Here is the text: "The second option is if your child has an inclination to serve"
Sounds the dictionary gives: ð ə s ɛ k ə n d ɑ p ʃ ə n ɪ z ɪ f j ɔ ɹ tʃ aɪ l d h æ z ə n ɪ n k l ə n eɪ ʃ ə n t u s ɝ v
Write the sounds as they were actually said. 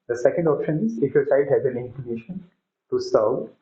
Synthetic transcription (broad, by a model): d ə s ɛ k ə n d ɑ p ʃ ə n ɪ z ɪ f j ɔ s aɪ d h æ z ə n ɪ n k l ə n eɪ ʃ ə n t u s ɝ